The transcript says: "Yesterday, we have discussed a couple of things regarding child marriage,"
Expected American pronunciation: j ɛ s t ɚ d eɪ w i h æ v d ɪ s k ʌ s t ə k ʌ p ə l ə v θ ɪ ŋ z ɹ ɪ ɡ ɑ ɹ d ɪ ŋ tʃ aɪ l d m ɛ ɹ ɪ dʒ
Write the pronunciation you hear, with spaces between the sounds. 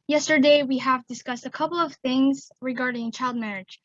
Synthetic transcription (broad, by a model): j ɛ s t ɚ d eɪ w i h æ v d ɪ s k ʌ s t ə k ʌ p l ə v θ ɪ ŋ z ɹ ɪ ɡ ɑ ɹ d ɪ ŋ tʃ aɪ l d m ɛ ɹ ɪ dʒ